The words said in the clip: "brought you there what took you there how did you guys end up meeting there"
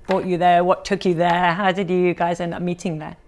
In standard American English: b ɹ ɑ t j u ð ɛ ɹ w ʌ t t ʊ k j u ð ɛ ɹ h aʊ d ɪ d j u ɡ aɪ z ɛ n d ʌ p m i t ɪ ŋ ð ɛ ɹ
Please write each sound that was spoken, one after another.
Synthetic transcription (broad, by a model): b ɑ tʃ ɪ ð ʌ ɹ w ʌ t t ʊ k j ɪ ð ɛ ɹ h aʊ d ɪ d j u ɡ aɪ z ɛ n d ʌ p m i t ɪ ŋ ð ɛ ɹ